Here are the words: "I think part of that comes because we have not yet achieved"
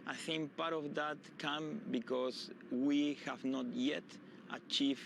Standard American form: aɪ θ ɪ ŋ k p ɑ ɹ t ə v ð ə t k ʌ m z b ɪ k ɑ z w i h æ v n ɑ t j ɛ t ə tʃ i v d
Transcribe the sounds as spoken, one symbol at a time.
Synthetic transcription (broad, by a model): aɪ θ ɪ ŋ k p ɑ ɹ t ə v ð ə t k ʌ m b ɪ k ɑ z w i h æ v n ɑ t j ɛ t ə tʃ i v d